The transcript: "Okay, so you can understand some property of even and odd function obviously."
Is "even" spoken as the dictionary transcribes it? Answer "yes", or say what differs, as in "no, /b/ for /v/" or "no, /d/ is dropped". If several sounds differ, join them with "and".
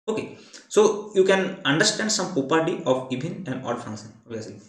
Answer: no, /b/ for /v/